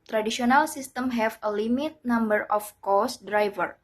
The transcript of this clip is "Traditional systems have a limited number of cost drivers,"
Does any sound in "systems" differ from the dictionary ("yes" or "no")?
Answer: yes